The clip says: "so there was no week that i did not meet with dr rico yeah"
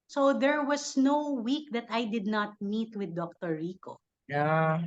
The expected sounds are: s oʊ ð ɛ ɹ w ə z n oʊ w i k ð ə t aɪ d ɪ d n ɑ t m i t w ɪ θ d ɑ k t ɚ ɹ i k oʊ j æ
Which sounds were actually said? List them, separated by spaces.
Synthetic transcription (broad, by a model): s oʊ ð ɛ ɹ w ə s n oʊ w i k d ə t aɪ d ɪ d n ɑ t m i t w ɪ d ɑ k t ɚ ɹ i k oʊ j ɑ